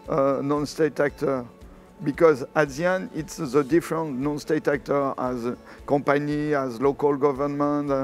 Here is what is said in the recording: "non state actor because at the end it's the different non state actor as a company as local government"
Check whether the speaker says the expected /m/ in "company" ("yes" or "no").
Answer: no